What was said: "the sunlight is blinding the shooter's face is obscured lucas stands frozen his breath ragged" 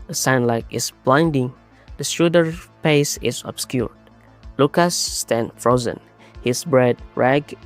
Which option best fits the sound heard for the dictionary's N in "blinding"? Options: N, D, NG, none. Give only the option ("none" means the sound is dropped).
N